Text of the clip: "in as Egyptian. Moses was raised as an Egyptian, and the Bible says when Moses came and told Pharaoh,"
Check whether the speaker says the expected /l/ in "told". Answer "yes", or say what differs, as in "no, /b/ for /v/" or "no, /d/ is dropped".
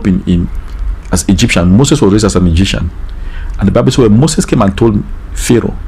yes